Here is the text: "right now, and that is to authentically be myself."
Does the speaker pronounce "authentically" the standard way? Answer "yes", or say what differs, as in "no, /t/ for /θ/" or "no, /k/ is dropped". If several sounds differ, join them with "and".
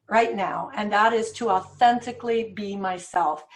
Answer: yes